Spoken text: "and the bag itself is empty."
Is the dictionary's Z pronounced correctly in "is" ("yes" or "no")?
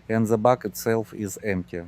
yes